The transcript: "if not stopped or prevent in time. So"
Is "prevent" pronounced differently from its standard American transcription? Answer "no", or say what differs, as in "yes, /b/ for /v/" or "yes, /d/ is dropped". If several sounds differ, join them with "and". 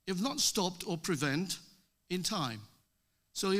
no